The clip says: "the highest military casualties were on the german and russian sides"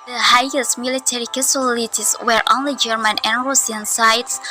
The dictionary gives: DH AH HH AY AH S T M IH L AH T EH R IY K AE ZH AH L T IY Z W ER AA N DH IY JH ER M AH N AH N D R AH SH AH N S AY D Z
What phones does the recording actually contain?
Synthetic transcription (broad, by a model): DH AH HH AY AH S T M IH L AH T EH R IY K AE S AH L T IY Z W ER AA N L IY JH ER M AH N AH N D R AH S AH N S AY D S